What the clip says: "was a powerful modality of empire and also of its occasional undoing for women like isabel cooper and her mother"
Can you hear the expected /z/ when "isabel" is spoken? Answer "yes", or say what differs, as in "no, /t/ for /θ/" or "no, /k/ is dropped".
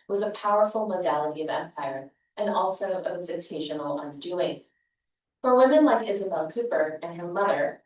yes